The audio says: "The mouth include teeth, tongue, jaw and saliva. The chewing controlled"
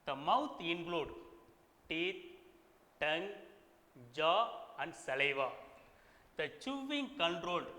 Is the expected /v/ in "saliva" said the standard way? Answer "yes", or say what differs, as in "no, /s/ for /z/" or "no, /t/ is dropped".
yes